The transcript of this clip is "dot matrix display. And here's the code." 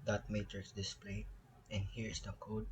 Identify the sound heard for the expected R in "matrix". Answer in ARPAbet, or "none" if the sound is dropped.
none